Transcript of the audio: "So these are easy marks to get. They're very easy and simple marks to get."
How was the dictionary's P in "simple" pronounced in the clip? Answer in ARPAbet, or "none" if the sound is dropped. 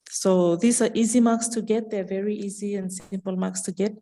P